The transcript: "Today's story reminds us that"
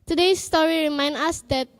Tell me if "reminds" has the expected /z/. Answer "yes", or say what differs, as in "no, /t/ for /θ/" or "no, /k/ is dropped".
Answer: no, /z/ is dropped